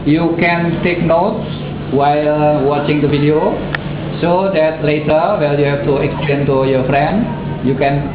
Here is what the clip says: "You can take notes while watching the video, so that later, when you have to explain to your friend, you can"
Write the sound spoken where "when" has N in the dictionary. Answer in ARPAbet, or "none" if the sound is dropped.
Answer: L